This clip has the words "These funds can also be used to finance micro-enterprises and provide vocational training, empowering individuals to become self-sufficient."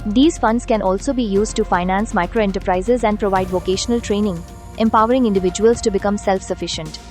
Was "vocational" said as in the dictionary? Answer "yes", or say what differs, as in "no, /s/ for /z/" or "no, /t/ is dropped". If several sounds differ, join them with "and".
yes